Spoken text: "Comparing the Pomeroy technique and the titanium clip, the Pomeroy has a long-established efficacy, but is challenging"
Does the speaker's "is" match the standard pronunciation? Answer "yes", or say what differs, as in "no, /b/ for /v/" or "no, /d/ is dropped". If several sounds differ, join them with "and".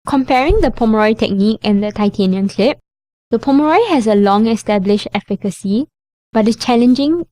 no, /s/ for /z/